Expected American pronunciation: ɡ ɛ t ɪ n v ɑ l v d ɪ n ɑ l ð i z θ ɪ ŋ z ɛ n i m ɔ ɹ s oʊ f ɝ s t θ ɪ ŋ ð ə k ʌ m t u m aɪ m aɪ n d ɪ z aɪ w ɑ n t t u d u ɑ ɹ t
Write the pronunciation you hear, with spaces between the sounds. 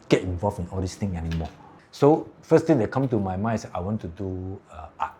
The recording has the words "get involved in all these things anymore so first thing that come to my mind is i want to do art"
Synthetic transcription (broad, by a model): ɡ ɛ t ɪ n v ɑ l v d ɪ n ɑ l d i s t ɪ ŋ ɛ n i m ɔ s oʊ f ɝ s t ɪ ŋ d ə k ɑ m t u m aɪ m aɪ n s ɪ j w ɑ n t t u d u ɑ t